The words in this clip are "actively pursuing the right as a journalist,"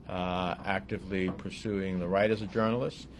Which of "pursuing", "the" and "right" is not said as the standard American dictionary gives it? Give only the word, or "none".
none